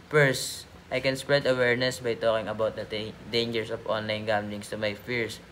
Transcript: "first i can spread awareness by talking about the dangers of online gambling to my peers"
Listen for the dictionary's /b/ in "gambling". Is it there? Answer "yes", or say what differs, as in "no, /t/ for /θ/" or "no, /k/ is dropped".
no, /b/ is dropped